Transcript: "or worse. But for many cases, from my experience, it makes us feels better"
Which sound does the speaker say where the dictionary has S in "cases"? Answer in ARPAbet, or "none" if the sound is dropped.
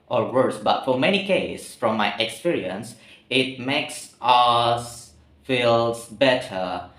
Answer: none